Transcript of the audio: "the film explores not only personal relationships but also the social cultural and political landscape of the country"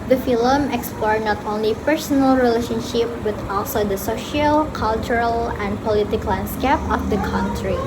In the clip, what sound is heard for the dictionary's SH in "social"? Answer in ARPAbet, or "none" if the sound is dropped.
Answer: SH